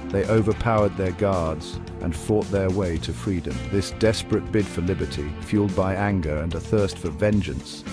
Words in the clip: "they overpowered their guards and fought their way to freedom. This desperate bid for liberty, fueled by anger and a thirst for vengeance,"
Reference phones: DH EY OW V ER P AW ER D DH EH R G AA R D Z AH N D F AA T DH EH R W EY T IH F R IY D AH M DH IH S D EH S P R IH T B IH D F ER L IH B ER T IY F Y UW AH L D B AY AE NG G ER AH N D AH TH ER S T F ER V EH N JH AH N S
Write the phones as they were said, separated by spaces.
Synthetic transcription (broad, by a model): DH EY OW V ER P AW ER D DH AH R G AA R D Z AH N F AA T DH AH R W EY T IH F R IY D AH M DH IH S D EH S P R IH T B IH D F ER L IH B ER T IY F Y UW L D B AY AE NG G ER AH N AH TH ER S T F ER V EH N JH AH N S